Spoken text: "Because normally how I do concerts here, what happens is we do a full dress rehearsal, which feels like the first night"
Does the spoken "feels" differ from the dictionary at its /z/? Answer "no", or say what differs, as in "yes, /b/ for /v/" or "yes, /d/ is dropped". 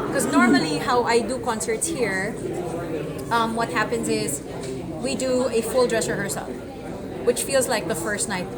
no